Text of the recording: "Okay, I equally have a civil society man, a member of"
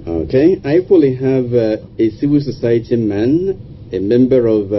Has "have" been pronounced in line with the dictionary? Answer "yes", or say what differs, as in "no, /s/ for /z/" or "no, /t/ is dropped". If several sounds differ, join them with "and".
yes